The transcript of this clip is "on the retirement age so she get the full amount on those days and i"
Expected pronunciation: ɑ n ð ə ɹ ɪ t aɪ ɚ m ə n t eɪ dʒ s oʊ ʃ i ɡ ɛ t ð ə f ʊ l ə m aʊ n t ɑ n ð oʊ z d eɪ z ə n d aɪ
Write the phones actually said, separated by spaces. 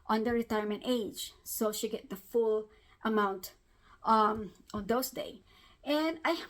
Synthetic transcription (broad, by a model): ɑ n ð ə ɹ ɪ t aɪ ɚ m ə n t eɪ dʒ s oʊ ʃ i ɡ ɛ t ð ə f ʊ l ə m aʊ n t ɑ n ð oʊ s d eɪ ə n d aɪ